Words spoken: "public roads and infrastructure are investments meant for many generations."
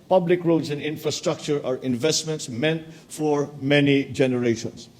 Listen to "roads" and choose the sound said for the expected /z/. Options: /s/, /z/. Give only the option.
/s/